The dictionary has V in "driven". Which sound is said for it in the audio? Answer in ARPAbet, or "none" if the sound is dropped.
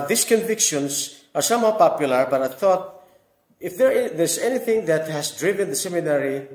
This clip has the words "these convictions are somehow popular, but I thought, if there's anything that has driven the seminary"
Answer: V